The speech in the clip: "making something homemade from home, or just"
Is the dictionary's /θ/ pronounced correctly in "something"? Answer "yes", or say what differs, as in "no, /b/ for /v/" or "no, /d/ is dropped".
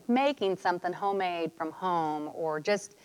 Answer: yes